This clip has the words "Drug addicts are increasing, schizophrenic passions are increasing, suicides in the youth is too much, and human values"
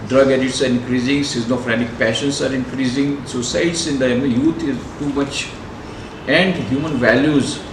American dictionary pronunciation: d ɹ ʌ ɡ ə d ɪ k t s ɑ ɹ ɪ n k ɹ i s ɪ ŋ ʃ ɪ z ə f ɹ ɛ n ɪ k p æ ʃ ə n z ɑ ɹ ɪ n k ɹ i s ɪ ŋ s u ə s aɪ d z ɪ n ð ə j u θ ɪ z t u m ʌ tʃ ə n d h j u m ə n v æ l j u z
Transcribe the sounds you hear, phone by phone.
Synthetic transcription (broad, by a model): d ɹ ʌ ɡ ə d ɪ t s ɑ ɹ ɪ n k ɹ i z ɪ ŋ s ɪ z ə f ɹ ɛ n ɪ k p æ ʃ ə n s ɑ ɹ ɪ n k ɹ i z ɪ ŋ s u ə s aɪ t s ɪ n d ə j u t ɪ z t u m ʌ tʃ ə n d h j u m ə n v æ l j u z